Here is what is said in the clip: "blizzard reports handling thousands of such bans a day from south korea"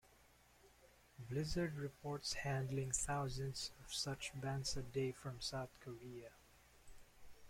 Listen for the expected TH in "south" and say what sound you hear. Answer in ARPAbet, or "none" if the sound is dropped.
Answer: TH